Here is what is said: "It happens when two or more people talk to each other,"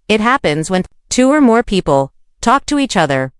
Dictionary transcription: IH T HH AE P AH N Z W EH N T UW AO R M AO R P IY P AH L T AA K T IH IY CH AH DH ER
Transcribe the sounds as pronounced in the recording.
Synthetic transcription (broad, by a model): IH T HH AE P AH N Z W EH N T UW AO R M AO R P IY P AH L T AA K T IH IY CH AH DH ER